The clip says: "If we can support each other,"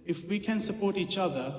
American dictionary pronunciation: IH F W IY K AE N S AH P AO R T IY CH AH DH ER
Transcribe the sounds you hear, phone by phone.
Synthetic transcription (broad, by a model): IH F W IY K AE N S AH P AO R T IY CH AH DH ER